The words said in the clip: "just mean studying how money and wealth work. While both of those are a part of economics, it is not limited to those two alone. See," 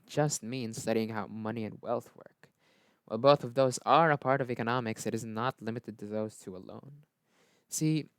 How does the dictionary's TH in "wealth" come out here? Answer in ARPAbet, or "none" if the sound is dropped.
TH